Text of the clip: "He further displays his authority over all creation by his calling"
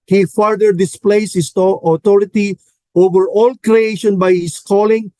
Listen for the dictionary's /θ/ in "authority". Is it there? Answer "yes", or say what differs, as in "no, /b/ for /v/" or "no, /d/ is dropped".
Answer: no, /t/ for /θ/